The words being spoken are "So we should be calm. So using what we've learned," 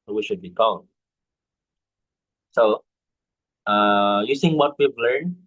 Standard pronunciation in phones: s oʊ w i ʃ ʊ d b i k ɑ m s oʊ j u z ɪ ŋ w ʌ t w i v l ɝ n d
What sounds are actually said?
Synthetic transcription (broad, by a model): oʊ w i ʃ ʊ d b i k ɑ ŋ s oʊ j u s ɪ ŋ w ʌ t w i v l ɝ n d